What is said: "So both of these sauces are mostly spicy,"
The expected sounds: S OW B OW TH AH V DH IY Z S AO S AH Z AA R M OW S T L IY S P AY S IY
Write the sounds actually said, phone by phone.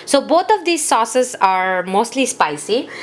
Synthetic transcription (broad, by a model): S OW B OW T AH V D IY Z S AO S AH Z AA R M OW S T L IY S P AY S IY